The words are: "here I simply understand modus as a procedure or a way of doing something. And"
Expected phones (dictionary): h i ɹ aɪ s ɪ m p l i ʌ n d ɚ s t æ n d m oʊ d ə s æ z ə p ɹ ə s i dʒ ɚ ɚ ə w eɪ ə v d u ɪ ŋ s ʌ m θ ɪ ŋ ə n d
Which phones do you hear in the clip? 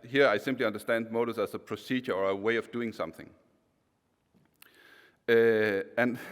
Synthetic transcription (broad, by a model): h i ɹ aɪ s ɪ m p l i ʌ n d ɚ s t æ n d m oʊ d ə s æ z ə p ɹ ə s i dʒ ɚ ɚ ə w eɪ ə v d u ɪ ŋ s ʌ m θ ɪ ŋ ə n